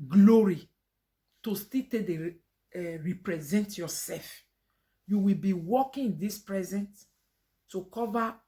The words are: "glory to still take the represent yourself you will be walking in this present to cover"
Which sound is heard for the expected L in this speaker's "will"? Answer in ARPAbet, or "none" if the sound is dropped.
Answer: L